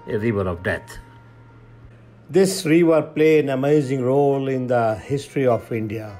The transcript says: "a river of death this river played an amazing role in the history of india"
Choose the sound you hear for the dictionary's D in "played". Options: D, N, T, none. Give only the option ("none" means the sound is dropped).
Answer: none